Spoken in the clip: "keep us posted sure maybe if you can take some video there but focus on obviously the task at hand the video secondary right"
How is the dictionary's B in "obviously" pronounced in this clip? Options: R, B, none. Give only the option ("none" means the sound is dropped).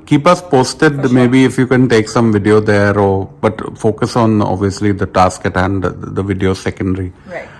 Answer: B